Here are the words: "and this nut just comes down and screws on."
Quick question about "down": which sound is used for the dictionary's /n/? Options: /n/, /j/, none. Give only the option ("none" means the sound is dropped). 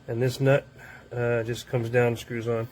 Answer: none